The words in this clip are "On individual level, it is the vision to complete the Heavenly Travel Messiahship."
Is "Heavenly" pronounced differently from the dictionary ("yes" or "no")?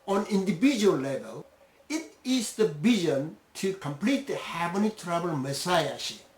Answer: yes